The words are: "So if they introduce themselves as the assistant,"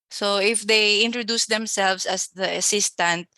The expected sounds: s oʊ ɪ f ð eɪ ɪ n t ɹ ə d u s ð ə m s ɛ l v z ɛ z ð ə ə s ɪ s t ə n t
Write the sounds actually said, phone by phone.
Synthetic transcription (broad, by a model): s oʊ ɪ f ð eɪ ɪ n t ɹ ə d u s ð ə m s ɛ l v s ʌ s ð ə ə s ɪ s t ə n t